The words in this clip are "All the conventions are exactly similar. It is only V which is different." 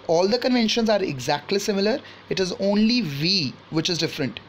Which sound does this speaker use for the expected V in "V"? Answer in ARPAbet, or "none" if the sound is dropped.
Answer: V